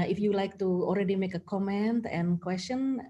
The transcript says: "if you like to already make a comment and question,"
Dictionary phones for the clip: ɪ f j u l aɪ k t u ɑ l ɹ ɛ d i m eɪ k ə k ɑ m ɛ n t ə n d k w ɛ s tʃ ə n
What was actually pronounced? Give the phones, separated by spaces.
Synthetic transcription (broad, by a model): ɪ f j u l aɪ k t u ɑ l ɹ ɛ d i m eɪ k ə k ɑ m ɛ n t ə n k w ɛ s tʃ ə n